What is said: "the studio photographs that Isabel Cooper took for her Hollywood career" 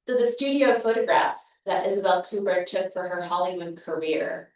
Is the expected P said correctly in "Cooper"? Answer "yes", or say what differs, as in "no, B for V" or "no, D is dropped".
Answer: no, B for P